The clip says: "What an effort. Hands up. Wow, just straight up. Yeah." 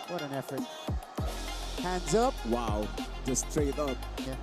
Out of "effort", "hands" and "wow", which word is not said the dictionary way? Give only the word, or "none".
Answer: none